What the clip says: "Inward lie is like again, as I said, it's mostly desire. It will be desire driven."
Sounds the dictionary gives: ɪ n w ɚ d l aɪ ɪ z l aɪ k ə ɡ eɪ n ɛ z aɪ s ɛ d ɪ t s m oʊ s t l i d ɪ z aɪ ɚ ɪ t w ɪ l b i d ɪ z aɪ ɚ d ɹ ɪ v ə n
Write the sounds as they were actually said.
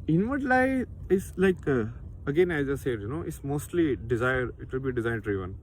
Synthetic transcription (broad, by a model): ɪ n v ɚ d l aɪ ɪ s l aɪ k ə ɡ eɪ n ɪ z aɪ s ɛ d ɪ t s m oʊ s t l i d ɪ z aɪ ɚ ɪ t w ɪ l b i d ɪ z aɪ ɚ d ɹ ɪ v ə n